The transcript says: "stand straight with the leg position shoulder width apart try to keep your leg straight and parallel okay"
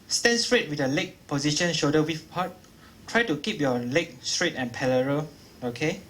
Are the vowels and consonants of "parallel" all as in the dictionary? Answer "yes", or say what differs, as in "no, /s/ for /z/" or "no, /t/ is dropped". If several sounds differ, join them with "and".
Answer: no, /l/ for /ɹ/